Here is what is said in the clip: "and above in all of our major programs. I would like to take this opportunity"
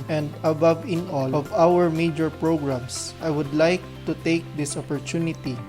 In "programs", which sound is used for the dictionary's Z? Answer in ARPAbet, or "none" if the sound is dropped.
S